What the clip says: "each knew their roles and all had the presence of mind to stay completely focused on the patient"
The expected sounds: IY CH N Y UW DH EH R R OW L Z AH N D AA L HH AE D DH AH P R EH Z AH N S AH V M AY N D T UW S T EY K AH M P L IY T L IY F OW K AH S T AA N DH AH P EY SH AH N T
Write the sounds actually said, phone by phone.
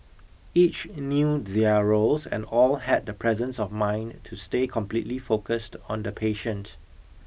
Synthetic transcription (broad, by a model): IY CH N Y UW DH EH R R OW L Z AH N D AA L HH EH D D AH P R EH Z AH N S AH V M AY N T UW S T EY K AH M P L IY T L IY F OW K AH S T AA N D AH P EY SH AH N T